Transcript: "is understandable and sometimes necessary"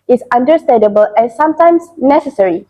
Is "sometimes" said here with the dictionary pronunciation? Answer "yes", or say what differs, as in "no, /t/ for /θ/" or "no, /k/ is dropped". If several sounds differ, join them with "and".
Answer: no, /s/ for /z/